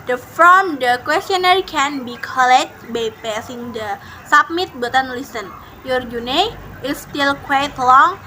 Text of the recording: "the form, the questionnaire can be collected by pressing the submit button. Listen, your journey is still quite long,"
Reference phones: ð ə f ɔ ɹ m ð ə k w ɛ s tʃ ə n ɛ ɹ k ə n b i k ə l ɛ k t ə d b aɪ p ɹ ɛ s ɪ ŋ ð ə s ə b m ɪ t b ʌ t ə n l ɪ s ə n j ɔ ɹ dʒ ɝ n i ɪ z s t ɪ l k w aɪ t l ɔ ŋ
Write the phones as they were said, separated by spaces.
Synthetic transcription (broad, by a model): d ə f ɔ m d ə k w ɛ s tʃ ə n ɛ ɹ k ə n b i k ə l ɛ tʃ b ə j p ɛ s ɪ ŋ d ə s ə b m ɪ t b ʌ t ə n l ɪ s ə n j ɔ ɹ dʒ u n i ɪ s t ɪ l k w aɪ t l ɔ ŋ